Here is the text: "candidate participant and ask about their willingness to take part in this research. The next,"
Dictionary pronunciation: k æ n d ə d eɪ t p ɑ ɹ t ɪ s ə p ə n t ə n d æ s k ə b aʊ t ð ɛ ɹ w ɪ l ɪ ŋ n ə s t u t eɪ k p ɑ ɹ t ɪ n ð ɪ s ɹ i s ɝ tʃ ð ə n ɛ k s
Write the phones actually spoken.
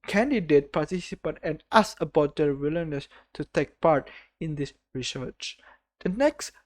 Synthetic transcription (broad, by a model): k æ n d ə d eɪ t p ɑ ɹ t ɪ s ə p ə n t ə n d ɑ s ə b aʊ t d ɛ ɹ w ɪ l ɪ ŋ n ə s t u t eɪ k p ɑ ɹ t ɪ n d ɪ s ɹ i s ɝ tʃ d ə n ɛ k s